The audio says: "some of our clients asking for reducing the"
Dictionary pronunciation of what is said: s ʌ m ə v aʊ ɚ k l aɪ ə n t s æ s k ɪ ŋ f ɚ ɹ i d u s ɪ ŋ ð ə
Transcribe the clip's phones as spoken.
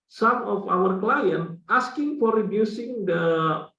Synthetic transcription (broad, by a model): s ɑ m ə f aʊ ɚ k l aɪ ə n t ɑ s k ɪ ŋ f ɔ ɹ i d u s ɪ ŋ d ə